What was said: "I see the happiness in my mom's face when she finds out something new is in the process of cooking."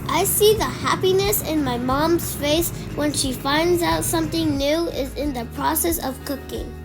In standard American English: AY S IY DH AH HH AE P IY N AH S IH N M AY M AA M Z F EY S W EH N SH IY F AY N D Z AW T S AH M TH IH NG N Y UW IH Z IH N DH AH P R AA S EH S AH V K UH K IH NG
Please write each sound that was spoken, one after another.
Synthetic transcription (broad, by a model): AY S IY DH AH HH AE P IY N AH S IH N M AY M AA M Z F EY S W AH N SH IY F AY N D Z AW T S AH M TH IH NG N Y UW IH Z IH N DH AH P R AA S EH S AH V K UH K IH NG